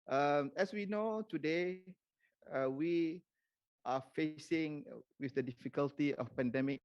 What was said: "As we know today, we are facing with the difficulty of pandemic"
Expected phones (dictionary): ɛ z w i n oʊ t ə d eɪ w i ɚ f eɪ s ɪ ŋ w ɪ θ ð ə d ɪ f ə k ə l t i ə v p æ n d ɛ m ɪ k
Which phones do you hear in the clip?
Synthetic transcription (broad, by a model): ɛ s w i n oʊ t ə d eɪ w i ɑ f eɪ s ɪ ŋ w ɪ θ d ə d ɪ f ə k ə l t i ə f p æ n d ɛ m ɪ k